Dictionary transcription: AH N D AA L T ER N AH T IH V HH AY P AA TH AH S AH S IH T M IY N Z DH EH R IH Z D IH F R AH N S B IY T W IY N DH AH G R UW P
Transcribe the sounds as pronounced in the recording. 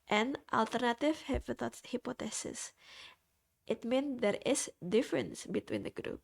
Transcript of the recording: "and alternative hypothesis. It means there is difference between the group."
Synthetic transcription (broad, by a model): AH N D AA L T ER N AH T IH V HH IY P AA T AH S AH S IH T M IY N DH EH R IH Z D IH F R AH N S B IY T W IY N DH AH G R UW P